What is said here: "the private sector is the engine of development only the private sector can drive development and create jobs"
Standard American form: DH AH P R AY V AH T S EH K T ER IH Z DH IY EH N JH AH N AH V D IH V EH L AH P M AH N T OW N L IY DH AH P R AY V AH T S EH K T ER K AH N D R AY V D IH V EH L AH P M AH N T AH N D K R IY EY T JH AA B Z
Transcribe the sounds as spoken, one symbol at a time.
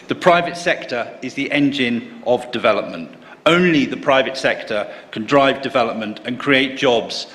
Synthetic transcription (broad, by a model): DH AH P R AY V AH T S EH K T ER IH Z DH IY EH N JH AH N AH V D IH V EH L AH P M AH N T OW N L IY DH AH P R AY V AH T S EH K T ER K AH N D R AY V D IH V EH L AH P M AH N T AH N K R IY EY T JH AA B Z